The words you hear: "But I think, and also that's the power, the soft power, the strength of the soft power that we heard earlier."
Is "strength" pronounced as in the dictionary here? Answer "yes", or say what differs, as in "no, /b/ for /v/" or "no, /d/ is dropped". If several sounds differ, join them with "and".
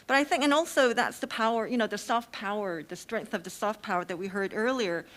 yes